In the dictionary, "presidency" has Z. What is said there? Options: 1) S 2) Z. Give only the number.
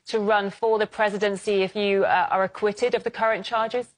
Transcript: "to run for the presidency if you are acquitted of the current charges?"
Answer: 2